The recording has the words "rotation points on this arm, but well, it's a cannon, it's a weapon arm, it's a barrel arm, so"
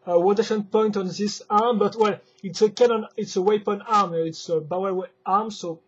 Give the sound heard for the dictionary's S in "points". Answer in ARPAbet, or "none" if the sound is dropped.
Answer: none